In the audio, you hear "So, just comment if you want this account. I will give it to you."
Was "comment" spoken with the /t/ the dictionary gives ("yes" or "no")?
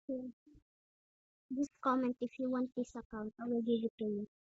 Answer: yes